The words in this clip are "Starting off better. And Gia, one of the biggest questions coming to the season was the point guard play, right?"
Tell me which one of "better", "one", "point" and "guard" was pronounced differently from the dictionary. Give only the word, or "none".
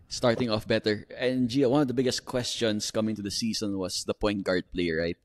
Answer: none